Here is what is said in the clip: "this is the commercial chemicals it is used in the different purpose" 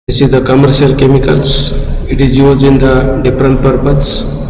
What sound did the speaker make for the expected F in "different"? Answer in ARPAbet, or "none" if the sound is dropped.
P